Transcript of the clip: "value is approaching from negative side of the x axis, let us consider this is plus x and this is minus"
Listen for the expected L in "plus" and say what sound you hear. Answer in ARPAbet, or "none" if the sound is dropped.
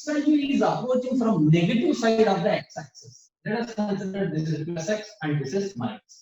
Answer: none